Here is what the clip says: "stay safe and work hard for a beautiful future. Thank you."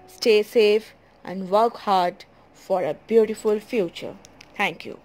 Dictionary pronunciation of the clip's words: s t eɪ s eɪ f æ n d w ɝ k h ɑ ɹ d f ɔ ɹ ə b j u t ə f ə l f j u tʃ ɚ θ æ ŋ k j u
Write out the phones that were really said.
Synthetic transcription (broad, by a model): s t eɪ s eɪ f æ n d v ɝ k h ɑ ɹ d f ɔ ɹ ə b j u t ə f ə l f j u tʃ ɚ t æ ŋ k j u